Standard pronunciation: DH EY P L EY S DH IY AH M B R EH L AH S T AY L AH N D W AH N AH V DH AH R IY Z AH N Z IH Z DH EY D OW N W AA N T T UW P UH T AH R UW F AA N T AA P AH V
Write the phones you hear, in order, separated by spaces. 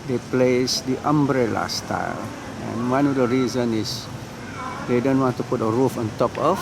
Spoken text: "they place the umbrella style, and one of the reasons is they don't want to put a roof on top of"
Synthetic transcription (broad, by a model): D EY P L EY S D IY AH M B R EH L AH S T AY L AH N W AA N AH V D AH R IY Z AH N IH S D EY D OW N W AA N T T UW P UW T AH R UW F AA N T AA P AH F